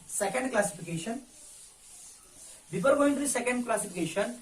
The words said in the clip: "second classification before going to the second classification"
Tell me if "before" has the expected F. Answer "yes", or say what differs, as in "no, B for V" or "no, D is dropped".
no, P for F